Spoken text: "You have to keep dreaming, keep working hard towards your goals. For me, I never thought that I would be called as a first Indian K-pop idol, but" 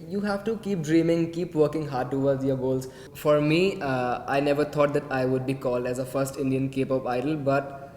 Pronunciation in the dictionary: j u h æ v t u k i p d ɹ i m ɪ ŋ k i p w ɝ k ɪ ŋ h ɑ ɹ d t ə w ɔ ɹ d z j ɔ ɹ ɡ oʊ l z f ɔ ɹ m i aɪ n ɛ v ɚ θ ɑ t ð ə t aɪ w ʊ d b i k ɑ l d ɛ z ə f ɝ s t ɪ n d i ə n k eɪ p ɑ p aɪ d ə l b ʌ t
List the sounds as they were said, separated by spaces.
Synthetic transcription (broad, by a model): j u h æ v t u k i p d ɹ i m ɪ ŋ k i p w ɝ k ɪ ŋ h ɑ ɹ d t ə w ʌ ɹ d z j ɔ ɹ ɡ oʊ l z f ɔ ɹ m i aɪ n ɛ v ɚ t ɑ t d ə t aɪ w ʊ d b i k ɑ l d ɛ z ə f ɝ s t ɪ n d i ə n k eɪ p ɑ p aɪ d ə l b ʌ t